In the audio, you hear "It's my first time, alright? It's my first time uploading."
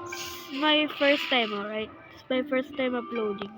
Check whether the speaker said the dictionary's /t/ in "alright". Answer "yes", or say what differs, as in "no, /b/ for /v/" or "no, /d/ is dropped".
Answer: no, /t/ is dropped